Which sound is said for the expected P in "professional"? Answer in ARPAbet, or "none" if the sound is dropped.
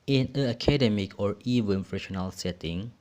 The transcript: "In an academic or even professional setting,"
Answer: F